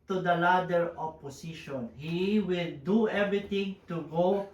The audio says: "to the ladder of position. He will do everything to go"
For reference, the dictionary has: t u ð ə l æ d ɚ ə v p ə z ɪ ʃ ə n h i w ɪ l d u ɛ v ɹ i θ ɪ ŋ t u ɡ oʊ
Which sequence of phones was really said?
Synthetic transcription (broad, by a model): t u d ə l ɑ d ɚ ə p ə s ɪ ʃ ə n h i w ɪ l d u ɛ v ɹ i t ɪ ŋ t u ɡ oʊ